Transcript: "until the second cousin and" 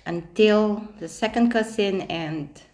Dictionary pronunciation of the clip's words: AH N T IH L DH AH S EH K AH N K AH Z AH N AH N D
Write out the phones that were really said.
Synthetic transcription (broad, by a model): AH N T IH L DH AH S EH K AH N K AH S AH N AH N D